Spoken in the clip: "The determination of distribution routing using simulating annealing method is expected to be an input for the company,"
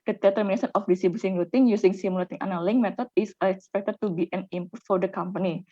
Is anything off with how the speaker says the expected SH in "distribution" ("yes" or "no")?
yes